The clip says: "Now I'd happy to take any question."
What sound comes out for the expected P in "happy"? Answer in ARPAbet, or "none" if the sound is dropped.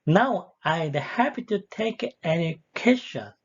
P